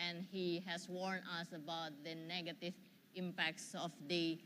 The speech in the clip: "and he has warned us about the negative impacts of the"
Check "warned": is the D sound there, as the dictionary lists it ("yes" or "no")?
no